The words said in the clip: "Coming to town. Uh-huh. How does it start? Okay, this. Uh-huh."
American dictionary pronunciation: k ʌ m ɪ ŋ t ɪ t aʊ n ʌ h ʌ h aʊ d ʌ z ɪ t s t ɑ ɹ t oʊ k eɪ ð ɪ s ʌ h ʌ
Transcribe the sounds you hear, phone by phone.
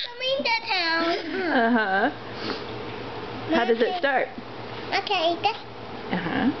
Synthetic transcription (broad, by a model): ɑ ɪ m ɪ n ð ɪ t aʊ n ʌ h ʌ h aʊ d ʌ z ɪ t s t ɑ ɹ t oʊ k eɪ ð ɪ ʌ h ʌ